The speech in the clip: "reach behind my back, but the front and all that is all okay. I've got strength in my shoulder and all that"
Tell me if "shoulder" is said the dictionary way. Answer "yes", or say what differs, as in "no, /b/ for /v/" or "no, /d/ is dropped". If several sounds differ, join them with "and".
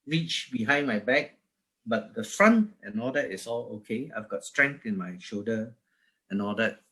no, /l/ is dropped